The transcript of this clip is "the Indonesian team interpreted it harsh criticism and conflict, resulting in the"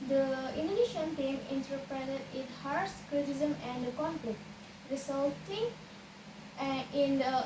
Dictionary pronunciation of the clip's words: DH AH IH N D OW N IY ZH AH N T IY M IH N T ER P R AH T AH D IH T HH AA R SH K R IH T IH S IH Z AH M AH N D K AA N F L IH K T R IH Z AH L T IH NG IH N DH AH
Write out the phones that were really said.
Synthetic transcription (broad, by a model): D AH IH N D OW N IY SH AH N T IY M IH N T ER P R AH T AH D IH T HH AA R S K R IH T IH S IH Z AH M AH N D K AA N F L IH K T R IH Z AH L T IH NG IH N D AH